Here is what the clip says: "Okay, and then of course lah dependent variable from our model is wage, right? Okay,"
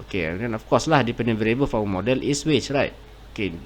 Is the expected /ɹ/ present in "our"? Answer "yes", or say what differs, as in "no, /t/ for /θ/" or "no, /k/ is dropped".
no, /w/ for /ɹ/